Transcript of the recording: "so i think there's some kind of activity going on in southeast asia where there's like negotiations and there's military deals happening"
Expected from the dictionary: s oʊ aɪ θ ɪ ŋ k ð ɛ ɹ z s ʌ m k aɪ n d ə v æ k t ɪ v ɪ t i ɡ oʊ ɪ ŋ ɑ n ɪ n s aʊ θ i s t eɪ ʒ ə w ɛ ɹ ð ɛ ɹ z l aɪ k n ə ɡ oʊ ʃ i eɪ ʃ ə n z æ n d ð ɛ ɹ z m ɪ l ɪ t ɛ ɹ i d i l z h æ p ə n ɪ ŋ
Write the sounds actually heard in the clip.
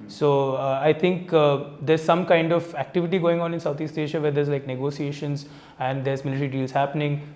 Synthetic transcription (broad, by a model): s oʊ aɪ t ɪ ŋ k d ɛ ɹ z s ʌ m k aɪ n d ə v æ k t ɪ v ɪ t i ɡ oʊ ɪ ŋ ɑ n ɪ n s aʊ t i s t eɪ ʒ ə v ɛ ɹ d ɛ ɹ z l aɪ k n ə ɡ oʊ s i eɪ ʃ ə n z æ n d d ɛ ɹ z m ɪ l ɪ t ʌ ɹ i d i l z h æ p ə n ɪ ŋ